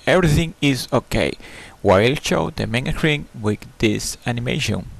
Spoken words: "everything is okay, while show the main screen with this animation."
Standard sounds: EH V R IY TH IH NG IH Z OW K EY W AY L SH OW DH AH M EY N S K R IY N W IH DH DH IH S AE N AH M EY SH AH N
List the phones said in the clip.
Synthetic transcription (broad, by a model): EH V R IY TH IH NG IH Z OW K EY W AY L SH OW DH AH M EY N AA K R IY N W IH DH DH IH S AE N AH M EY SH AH N